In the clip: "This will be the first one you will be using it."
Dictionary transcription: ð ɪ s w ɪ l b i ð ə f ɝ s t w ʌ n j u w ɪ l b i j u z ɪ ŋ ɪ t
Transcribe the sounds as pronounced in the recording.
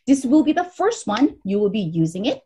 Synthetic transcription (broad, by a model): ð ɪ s w ɪ l b i ð ə f ɝ s t w ʌ n j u w ɪ l b i j u z ɪ ŋ ɪ t